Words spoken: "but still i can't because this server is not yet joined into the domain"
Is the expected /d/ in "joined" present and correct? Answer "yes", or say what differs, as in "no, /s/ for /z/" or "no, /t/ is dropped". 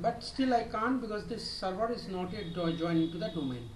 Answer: no, /d/ is dropped